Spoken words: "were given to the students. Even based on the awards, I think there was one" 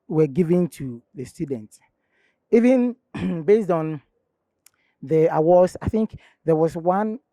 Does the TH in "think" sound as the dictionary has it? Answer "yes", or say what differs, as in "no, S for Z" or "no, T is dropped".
yes